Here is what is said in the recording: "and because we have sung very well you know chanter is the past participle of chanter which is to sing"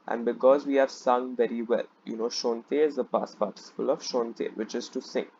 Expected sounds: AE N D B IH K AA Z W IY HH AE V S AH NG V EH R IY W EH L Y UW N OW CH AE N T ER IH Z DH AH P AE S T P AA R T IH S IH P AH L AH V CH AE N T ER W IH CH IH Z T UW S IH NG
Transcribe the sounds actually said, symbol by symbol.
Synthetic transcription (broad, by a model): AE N D B IH K AA Z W IY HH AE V S AH NG V EH R IY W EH L Y UW N OW SH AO N T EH IH Z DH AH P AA S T P AA R T IH S IH P AH L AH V SH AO N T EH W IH CH IH Z T UW S IH NG